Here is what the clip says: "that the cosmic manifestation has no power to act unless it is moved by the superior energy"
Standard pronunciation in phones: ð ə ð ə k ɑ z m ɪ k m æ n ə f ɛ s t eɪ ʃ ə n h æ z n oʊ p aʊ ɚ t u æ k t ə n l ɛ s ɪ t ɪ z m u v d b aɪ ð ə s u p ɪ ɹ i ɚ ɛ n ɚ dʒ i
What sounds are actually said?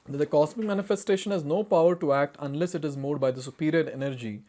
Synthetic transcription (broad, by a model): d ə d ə k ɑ s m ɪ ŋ m æ n ə f ɛ s t eɪ ʃ ə n h æ z n oʊ p aʊ ɚ t u æ k t ə n l ɛ s ɪ t ɪ z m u d b aɪ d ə s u p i ɹ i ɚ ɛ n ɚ dʒ i